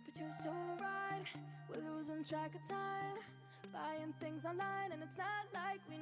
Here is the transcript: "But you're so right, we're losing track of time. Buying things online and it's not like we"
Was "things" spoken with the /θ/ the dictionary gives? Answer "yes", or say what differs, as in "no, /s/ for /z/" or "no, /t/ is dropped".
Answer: yes